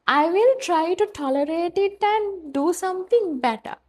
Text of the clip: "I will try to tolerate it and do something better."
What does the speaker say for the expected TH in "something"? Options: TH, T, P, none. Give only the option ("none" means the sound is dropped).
T